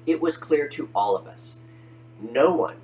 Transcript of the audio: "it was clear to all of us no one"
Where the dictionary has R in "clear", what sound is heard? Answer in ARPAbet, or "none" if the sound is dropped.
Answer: R